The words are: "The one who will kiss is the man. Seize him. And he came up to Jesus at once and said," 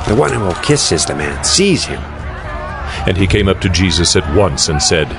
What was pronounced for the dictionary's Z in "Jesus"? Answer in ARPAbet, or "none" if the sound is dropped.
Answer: Z